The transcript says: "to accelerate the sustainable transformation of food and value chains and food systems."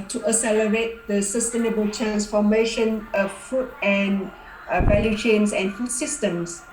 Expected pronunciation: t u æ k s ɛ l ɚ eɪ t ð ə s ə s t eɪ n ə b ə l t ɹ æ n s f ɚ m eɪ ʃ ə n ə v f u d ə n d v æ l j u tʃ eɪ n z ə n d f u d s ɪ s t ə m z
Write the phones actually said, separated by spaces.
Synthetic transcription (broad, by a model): t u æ s ɛ l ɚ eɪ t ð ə s ə s t eɪ n ə b ə l t ɹ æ n s f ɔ m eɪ ʃ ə n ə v f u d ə n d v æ l j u tʃ eɪ n s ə n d f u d s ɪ s t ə m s